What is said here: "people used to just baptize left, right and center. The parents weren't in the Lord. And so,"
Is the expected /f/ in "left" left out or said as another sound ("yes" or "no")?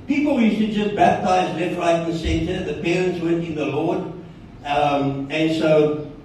yes